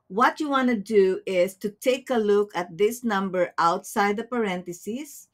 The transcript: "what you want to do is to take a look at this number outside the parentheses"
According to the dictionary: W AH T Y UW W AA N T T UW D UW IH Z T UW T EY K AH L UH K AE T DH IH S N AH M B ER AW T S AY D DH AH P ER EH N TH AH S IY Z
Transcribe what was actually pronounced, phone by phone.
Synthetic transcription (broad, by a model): W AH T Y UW W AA N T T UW D UW IH S T UW T EY K AH L UH K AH T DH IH S N AH M B ER AW T S AY D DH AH P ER EH N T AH S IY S